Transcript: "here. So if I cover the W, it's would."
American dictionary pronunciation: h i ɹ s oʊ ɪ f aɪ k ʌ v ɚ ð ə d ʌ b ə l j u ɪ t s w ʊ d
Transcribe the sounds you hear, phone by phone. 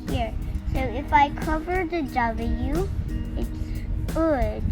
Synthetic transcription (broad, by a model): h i ɹ s oʊ ɪ f aɪ k ʌ v ɚ ð ə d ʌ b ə j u ɪ t s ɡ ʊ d